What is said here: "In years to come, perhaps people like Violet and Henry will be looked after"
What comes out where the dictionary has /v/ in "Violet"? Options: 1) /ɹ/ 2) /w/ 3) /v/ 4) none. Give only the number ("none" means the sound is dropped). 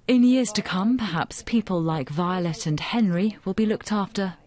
3